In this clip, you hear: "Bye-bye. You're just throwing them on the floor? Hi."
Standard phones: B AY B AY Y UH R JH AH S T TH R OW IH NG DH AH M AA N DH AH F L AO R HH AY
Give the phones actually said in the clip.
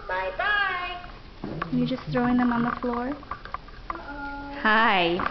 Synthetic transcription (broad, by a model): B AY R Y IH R JH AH S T TH R OW IH NG DH AH M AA N DH AH F L AO R HH AY